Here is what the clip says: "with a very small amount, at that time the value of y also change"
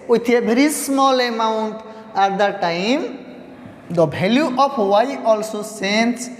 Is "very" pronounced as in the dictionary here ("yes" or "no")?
no